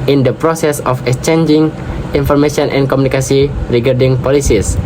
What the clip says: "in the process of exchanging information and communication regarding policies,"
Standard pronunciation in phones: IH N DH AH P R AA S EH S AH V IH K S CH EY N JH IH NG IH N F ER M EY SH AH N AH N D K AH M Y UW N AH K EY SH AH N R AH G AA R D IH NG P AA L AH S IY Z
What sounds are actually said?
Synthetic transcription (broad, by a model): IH N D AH P R AA S EH S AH F IH K S CH EY N JH IH NG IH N F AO M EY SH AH N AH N K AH M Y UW N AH K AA S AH R AH G AA R D IH NG P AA L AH S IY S